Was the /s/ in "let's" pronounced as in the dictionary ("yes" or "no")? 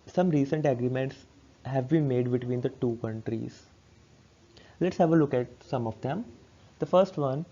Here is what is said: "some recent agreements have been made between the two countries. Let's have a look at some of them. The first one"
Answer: yes